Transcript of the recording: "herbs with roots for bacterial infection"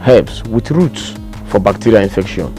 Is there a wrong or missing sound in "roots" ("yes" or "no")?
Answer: no